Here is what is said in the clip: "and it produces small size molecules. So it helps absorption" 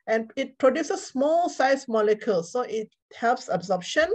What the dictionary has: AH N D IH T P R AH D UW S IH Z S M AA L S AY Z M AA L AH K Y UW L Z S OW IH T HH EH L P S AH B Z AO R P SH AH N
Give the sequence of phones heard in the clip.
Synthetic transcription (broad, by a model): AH N IH T P R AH D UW S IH S M AA L S AY S M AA L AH K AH L S OW IH T HH EH L P S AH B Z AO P SH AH N